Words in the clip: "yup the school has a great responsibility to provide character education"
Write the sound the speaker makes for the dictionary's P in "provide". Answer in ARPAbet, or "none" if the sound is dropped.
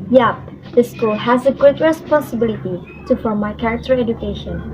F